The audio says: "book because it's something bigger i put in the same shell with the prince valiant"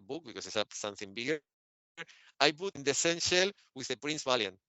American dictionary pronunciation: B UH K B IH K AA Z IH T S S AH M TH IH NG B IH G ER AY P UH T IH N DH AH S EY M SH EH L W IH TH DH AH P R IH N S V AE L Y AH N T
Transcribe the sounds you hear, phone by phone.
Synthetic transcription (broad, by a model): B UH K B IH K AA S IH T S S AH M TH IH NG B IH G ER AY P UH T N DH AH S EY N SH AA L W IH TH DH AH P R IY N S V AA L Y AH N